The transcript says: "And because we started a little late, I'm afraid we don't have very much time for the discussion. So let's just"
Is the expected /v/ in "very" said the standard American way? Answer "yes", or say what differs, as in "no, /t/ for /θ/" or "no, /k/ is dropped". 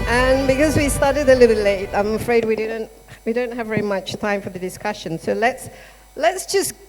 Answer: yes